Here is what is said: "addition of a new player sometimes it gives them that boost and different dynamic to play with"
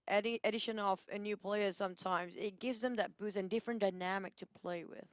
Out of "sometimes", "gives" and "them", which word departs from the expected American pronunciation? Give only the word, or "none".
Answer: none